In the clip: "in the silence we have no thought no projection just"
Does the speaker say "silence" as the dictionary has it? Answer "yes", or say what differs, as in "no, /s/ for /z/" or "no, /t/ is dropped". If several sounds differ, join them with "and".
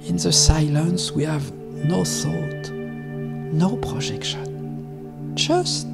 yes